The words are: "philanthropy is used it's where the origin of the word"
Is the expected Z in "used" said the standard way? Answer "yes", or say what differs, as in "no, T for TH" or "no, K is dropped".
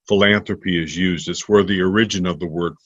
yes